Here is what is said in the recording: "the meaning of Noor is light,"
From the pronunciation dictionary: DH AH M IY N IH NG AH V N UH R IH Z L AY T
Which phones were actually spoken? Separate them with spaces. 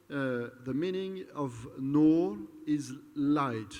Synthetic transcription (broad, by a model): DH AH M IY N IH NG AH V N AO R IH Z L AY T